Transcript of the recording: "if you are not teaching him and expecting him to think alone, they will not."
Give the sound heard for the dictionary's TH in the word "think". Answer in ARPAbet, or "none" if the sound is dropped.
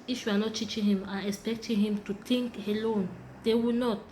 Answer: T